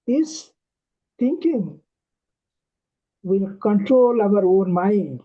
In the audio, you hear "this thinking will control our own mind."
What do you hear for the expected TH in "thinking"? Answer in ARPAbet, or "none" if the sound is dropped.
T